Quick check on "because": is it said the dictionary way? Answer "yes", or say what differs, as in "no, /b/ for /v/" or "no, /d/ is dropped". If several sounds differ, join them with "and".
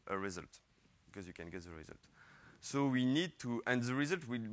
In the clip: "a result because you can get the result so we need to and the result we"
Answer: yes